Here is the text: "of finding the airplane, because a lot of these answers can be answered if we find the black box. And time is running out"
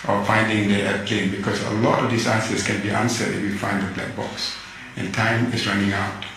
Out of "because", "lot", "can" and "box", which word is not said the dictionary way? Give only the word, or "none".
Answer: because